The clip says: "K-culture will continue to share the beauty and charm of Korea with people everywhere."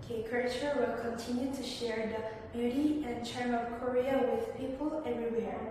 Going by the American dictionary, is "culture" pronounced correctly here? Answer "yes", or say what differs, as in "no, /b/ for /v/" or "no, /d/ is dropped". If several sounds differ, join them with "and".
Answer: no, /l/ is dropped